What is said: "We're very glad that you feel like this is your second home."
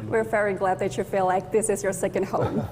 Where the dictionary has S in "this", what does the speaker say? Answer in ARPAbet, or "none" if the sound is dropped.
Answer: S